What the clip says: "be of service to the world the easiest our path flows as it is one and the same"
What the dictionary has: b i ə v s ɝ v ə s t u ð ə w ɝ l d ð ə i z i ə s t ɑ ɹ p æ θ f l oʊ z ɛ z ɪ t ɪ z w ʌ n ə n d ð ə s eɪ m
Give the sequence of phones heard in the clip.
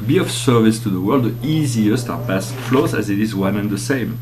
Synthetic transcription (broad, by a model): b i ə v s ɝ v ə s t u ð ə w ɝ l d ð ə i z i ə s t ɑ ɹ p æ s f l oʊ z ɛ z ɪ t ɪ z w ʌ n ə n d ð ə s eɪ m